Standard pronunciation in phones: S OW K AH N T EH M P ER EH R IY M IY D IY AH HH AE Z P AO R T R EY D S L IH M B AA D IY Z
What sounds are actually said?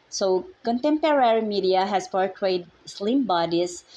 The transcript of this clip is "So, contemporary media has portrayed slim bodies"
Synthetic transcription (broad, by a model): S OW K AH N T EH M P ER EH R IY M IY D IY AH HH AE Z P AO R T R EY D S L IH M B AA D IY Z